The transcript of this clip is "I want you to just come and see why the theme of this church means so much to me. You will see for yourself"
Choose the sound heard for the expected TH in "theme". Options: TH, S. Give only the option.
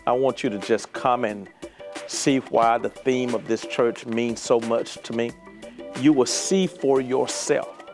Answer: TH